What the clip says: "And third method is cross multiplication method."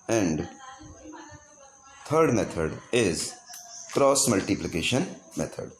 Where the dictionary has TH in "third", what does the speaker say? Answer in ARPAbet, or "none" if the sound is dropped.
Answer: T